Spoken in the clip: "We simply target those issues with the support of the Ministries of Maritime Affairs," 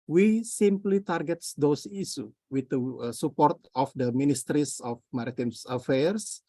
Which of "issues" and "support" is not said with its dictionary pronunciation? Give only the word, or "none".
issues